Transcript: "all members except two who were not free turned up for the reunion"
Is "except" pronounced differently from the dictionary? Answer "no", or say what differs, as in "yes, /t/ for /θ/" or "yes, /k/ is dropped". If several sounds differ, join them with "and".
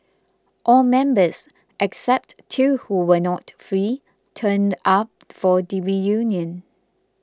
no